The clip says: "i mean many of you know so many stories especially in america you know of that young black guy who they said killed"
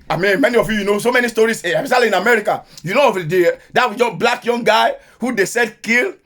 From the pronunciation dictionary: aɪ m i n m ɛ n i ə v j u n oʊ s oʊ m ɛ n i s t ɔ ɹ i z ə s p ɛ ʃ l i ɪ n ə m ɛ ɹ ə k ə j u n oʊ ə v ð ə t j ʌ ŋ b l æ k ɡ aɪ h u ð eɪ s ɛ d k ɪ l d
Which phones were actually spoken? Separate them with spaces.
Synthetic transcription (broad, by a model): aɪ m i n m ɛ n i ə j j u n oʊ s oʊ m ɛ n i s t ɔ ɹ i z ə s ɑ l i ɪ n ə m ɛ ɹ ə k ə j u n oʊ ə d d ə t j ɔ b l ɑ k ɡ aɪ h u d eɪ s ɛ d k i l